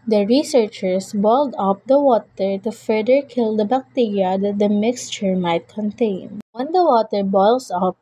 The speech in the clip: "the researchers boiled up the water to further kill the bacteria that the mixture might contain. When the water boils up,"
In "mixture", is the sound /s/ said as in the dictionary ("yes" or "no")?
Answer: yes